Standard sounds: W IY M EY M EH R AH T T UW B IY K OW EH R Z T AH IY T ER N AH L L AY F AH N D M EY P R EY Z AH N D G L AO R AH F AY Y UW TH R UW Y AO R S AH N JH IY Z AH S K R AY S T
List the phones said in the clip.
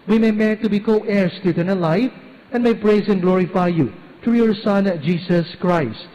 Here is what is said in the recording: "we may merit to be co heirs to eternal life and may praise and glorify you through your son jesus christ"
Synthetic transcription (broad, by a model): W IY M EY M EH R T T UW B IY K OW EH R S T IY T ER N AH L L AY F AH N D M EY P R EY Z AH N G L AO R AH F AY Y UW T R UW Y AO R S AH N JH IY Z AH S K R AY S T